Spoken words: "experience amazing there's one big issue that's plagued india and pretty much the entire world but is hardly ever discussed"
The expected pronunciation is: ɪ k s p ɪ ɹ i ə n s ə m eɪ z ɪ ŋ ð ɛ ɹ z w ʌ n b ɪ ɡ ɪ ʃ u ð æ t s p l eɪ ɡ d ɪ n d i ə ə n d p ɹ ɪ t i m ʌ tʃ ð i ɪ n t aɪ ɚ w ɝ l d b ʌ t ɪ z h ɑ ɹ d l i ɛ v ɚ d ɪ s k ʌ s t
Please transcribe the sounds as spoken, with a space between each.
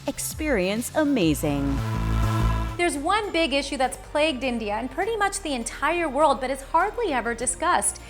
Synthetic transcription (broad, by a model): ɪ k s p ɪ ɹ i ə n s ə m eɪ z ɪ ŋ ð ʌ ɹ z w ʌ n b ɪ ɡ ɪ ʃ u ð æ t s p l eɪ ɡ d ɪ n d i ə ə n p ɹ ɪ t i m ʌ tʃ ð i ɪ n t aɪ ɚ w ɝ l d b ʌ t ɪ z h ɑ ɹ d l i ɛ v ɚ d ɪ s k ʌ s t